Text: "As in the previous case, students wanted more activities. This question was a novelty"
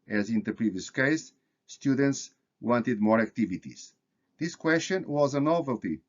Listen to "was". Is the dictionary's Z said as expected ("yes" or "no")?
yes